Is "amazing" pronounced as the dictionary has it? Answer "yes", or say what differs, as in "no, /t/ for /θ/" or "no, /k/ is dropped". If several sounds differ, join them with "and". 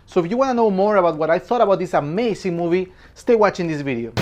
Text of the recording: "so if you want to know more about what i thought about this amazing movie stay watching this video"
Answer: no, /s/ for /z/